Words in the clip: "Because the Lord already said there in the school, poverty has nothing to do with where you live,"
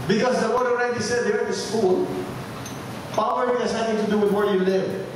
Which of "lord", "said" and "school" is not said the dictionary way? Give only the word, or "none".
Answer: lord